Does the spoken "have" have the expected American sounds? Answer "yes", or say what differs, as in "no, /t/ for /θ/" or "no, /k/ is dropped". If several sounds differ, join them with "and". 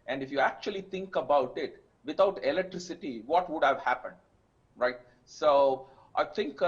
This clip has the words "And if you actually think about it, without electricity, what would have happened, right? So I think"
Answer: yes